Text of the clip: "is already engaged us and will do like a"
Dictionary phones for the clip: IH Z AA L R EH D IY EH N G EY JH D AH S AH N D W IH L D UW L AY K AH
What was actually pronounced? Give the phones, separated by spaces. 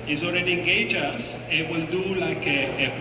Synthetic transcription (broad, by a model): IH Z AA L R EH D IY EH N G EY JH AH S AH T W IH L D UW L AY K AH